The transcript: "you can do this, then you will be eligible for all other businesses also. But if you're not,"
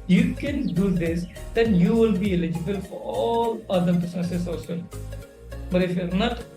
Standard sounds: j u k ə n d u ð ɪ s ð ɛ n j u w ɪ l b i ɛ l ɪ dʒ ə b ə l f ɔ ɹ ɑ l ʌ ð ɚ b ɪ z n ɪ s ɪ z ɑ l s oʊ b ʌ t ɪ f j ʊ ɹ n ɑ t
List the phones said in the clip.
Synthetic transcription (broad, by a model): j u k ə n d u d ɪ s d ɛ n j u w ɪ l b i ɛ l ɪ dʒ ə b ə l f ɔ ɹ ɑ l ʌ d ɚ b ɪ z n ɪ s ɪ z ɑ s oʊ b ʌ t ɪ f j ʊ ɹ n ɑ t